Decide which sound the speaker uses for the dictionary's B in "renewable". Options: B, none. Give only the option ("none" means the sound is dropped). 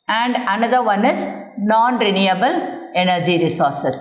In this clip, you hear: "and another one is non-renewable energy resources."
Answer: B